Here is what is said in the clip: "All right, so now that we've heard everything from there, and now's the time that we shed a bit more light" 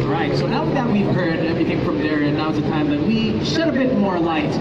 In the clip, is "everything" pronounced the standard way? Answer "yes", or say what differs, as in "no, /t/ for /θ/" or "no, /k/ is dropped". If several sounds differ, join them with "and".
yes